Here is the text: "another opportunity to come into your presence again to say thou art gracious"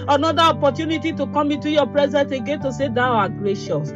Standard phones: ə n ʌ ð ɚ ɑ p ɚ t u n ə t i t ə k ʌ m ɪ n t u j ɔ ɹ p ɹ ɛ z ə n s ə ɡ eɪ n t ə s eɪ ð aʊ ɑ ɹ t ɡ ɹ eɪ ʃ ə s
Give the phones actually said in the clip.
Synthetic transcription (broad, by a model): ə n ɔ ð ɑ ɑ p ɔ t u n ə t i t ə k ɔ m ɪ t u j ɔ p ɹ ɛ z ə n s ə ɡ eɪ n t ə s eɪ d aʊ ɑ ɡ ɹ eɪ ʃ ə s